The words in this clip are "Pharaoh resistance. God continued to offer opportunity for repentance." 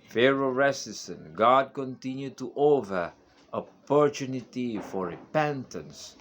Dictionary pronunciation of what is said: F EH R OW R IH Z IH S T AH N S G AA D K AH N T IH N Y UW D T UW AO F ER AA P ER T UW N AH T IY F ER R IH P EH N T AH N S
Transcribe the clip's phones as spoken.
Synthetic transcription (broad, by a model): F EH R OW R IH S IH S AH N G AA D K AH N T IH N Y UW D T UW AO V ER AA P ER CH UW N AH T IY F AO R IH P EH N T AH N S